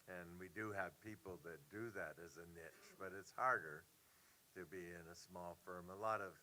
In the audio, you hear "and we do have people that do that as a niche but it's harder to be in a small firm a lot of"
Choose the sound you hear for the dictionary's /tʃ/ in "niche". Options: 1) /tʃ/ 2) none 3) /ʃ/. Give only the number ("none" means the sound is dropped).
1